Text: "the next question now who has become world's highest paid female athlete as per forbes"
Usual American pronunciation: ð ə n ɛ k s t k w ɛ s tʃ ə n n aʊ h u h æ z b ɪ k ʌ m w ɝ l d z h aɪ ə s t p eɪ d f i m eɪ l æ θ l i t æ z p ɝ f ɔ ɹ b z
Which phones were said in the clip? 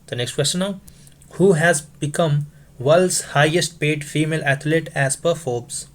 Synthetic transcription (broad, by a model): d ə n ɛ k s t k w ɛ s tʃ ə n n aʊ h u h æ z b ɪ k ʌ m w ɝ l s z h aɪ ə s t p eɪ d f i m eɪ l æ t l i t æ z p ɝ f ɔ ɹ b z